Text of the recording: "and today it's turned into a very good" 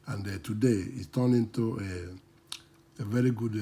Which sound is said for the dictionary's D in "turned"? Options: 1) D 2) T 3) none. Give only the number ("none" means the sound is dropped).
3